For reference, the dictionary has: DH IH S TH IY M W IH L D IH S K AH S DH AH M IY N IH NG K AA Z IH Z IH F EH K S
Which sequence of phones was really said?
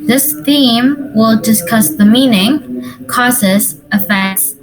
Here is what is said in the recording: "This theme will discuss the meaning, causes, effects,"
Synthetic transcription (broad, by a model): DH IH S TH IY M W IH L D IH S K AH S DH AH M IY N IH NG K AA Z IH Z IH F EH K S